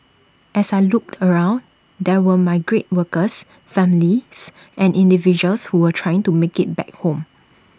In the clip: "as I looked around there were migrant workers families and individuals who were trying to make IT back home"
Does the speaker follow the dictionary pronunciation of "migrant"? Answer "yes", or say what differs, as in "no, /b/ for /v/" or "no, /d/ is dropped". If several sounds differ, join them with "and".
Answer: no, /n/ is dropped